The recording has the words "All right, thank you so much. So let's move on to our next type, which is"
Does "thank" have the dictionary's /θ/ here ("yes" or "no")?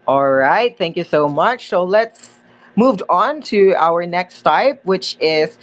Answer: yes